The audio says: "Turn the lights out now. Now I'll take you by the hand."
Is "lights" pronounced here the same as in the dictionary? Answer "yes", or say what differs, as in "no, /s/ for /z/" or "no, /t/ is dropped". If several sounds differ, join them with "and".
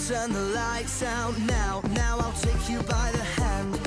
yes